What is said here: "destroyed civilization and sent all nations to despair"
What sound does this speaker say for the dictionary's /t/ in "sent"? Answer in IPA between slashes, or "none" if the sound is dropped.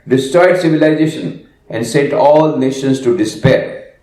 /t/